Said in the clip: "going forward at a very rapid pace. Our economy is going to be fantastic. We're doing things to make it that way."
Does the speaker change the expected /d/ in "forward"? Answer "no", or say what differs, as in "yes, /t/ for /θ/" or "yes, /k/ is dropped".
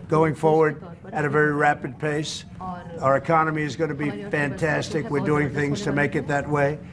no